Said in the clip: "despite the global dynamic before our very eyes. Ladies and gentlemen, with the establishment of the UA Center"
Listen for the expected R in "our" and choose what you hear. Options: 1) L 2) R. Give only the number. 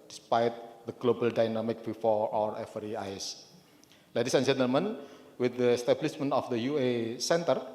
2